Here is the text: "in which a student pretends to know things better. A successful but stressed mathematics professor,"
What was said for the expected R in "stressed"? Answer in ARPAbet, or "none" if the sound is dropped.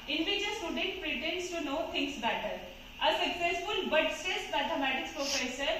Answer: none